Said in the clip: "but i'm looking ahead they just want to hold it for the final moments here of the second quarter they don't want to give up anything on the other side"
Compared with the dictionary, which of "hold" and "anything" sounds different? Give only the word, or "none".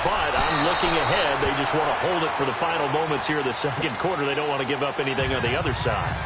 none